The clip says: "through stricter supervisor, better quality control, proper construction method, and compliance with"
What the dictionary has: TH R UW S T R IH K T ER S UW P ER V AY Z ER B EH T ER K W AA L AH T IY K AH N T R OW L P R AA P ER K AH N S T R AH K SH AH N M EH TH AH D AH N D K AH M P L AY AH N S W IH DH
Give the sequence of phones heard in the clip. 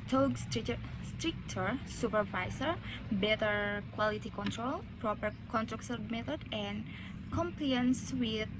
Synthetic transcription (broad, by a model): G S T S T R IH K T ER S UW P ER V AY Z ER B EH T ER K W AA L AH T IY K AH N T R OW L P R AA P ER K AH N T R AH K S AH M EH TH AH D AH N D K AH M P L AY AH N S W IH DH